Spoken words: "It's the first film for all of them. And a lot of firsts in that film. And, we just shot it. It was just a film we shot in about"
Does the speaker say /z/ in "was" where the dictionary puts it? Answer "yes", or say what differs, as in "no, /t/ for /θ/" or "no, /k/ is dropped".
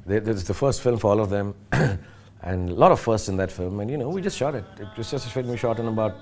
no, /s/ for /z/